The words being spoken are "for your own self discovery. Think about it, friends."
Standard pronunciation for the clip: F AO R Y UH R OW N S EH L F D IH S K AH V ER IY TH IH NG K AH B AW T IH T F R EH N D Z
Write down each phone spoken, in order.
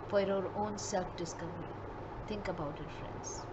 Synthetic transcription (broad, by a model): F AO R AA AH R OW N S EH L F D IH S K AH V ER IY T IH NG K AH B AW T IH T F R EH N D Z